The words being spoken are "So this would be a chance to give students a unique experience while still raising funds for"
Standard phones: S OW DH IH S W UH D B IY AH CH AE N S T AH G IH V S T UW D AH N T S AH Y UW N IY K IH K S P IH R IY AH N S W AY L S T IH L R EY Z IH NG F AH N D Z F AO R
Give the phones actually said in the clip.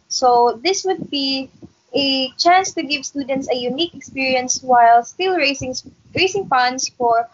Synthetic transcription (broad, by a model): S OW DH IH S W UH D B IY AH CH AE N S T AH G IH V S T UW D AH N T S AH Y UW N IY K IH K S P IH R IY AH N S W AY L S T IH L R EY S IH NG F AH N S F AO R